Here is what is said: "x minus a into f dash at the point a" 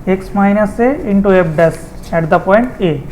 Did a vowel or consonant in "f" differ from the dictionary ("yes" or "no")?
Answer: yes